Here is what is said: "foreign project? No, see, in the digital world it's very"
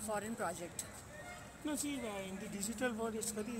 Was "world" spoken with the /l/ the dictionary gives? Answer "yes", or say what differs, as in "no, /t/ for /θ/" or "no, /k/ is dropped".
no, /l/ is dropped